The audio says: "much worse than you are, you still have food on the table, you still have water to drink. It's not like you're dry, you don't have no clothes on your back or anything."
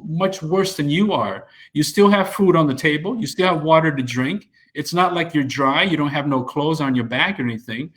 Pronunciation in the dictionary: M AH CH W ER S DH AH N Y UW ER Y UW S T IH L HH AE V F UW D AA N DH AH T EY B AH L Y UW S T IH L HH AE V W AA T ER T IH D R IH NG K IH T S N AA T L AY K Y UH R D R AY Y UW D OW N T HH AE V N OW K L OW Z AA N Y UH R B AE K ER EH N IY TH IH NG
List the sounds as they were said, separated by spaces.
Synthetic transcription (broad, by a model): M AH CH W ER S DH AH N Y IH ER Y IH S T IH L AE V F UW D N DH AH T EY B AH L Y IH S T IH L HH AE V W AA T ER T IH D R IH NG K IH T S N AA T L AY K Y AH R D R AY Y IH D OW N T HH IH V N OW K L OW Z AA N Y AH R B AE K ER EH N IY TH IH NG